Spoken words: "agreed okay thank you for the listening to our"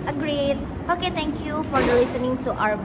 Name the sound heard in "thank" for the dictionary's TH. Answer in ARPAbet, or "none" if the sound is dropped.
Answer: T